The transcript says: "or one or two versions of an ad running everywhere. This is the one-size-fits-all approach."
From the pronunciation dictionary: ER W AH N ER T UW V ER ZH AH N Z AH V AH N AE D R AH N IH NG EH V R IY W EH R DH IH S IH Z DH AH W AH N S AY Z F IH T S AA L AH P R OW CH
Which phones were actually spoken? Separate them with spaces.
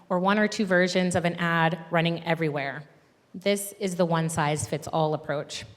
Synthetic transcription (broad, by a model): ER W AH N ER T UW V ER ZH AH N Z AH V AH N AE D R AH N IH NG EH V R IY W EH R DH IH S IH Z DH AH W AH N S AY Z F IH T S AA L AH P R OW CH